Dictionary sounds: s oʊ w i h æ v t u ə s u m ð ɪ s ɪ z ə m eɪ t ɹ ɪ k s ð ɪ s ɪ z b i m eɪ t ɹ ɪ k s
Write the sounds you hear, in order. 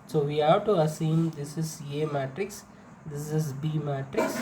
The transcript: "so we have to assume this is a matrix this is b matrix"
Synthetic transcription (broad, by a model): s oʊ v i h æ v t u ə s u m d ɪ s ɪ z ə m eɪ t ɹ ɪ k s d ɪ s ɪ z b i m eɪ t ɹ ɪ k s